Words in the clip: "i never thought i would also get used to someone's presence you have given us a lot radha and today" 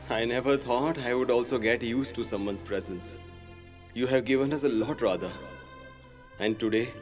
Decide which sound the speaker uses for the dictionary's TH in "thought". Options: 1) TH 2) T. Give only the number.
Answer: 2